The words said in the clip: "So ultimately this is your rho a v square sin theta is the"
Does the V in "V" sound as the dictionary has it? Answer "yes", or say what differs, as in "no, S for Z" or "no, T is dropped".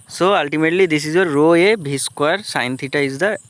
no, B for V